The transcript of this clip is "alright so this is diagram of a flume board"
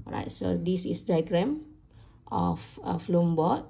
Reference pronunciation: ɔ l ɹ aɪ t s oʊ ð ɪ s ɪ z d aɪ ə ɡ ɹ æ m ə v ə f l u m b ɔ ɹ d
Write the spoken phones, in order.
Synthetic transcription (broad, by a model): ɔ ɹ aɪ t s oʊ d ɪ s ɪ s d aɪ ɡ ɹ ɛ m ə f ə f l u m b ɔ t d